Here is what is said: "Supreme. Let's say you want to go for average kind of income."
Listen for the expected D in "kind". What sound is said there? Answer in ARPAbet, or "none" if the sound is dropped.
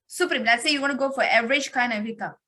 none